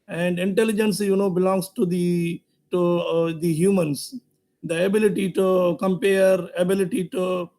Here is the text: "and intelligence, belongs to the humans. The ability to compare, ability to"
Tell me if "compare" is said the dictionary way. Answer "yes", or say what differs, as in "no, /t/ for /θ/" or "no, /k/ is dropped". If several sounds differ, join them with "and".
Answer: yes